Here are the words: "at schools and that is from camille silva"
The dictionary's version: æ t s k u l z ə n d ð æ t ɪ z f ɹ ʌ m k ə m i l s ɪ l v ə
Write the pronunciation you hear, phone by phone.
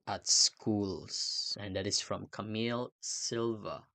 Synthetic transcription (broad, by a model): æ t s k u l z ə n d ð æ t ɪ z f ɹ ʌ m k ə m i l s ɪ l v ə